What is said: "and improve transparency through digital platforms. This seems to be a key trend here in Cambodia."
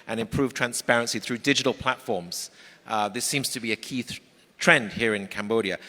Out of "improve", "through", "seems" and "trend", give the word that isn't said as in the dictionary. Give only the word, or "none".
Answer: none